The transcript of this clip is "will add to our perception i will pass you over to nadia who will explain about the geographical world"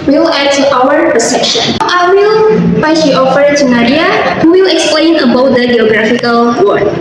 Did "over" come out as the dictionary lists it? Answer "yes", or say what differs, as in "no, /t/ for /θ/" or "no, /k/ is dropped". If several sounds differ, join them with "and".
no, /f/ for /v/